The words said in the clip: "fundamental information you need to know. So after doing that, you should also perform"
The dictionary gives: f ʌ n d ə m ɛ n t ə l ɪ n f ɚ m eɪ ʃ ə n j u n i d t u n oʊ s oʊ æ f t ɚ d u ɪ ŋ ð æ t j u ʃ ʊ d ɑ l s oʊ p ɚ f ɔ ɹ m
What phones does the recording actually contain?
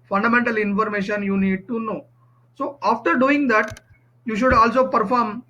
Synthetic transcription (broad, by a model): f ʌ n d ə m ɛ n t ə l ɪ n f ɚ m eɪ ʃ ə n j u n i d t u n oʊ s oʊ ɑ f t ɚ d u ɪ ŋ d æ t j u ʃ ʊ d ɑ l s oʊ p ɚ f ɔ ɹ m